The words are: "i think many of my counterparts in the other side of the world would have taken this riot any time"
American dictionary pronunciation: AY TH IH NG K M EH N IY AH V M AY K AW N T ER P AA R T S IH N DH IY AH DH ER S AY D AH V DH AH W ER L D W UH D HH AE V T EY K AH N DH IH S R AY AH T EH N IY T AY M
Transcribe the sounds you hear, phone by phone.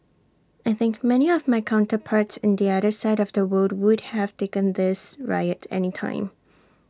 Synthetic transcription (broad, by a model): AY TH IH NG K M EH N IY AH V M AY K AW N T ER P AA R T S IH N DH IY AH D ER S AY D AH V DH AH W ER D W UH D HH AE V T EY K AH N DH IH S R AY AH T EH N IY T AY M